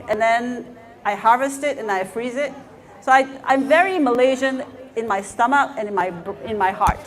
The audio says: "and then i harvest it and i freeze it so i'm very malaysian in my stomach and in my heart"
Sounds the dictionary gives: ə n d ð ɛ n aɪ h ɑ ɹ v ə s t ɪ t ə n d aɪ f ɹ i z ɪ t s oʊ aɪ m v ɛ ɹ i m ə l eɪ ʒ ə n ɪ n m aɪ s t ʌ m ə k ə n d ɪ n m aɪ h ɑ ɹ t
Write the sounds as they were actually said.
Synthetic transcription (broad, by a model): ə n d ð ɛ n aɪ h ɑ ɹ v ə s t ɪ t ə n aɪ f ɹ i z ɪ t s oʊ aɪ m v ɛ ɹ i m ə l eɪ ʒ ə n ɪ n m aɪ s t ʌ m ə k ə n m ɪ n m aɪ h ɑ ɹ t